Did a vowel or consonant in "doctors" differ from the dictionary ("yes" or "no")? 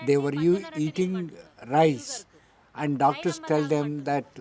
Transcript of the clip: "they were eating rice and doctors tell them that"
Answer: yes